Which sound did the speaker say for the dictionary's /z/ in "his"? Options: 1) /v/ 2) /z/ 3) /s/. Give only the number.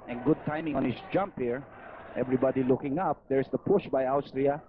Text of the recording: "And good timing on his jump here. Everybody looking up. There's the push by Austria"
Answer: 3